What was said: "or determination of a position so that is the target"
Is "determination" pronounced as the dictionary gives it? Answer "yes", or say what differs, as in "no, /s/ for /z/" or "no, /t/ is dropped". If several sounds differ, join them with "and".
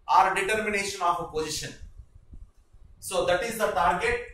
yes